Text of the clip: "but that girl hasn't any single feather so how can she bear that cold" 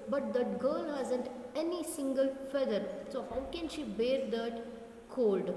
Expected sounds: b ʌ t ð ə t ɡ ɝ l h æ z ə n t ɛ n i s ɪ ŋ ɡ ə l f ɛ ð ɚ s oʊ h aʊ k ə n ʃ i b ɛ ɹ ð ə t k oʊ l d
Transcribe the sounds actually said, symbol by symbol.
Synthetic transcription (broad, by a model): b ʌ t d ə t ɡ ɝ l h æ z ə n t ɛ n i s ɪ ŋ ɡ ə l f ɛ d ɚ s oʊ h aʊ k ə n ʃ i b ɛ ɹ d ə t k oʊ l d